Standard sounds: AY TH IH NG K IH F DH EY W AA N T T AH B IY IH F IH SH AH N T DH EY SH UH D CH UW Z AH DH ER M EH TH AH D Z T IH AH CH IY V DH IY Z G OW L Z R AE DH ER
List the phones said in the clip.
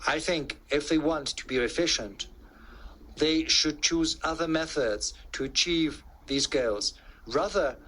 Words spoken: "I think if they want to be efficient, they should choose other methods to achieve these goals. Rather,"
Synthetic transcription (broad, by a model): AY TH IH NG K IH F DH EY W AA N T T AH B IY IH F IH SH AH N T DH EY SH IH D CH UW Z AH DH ER M EH TH AH D Z T IH AH CH IY V DH IY Z G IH L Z R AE DH ER